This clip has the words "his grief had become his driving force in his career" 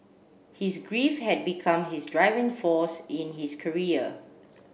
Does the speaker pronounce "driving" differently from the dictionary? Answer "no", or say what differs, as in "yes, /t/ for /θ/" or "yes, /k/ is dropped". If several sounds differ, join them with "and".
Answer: no